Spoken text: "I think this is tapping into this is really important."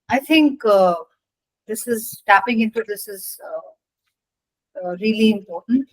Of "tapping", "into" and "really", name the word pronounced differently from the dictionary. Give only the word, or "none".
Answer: none